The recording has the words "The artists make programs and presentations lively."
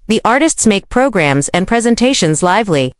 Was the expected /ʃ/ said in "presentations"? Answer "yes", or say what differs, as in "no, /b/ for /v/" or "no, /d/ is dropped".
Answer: yes